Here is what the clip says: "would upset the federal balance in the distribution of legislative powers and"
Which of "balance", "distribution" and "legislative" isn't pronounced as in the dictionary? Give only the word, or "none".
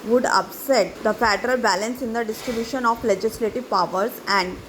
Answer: none